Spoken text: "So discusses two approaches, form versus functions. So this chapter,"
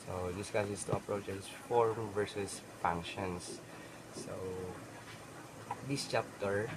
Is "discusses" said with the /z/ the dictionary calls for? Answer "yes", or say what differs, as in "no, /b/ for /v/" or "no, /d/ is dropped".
no, /s/ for /z/